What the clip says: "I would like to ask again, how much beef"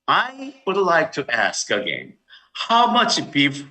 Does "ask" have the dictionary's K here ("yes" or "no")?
yes